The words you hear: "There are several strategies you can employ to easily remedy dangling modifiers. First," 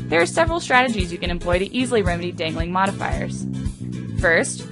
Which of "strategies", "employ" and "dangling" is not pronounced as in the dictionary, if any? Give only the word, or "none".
none